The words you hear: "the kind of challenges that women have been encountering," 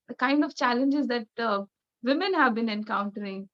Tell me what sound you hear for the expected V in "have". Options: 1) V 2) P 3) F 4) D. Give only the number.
1